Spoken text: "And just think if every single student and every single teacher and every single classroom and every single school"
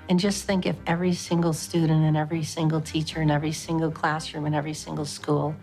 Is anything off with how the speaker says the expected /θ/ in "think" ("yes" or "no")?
no